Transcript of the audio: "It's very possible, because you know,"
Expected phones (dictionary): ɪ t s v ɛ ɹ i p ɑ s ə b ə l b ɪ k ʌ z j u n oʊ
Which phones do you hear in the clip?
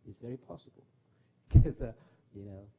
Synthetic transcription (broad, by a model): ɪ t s v ɛ ɹ i p ɑ s ə b ə l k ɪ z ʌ j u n oʊ